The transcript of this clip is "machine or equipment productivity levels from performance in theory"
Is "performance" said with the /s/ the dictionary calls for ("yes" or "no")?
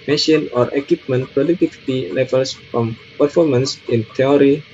yes